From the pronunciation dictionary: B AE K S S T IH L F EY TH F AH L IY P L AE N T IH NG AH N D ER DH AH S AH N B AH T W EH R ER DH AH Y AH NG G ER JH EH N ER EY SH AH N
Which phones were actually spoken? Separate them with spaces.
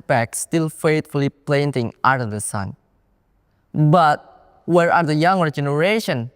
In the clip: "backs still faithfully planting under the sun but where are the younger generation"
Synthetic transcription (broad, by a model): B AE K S S T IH L F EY T F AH L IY P L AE N T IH NG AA D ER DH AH S AH N B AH T W EH R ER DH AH Y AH NG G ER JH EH N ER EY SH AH N